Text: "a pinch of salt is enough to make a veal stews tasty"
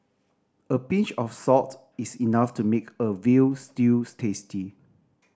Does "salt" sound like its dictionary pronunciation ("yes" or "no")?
no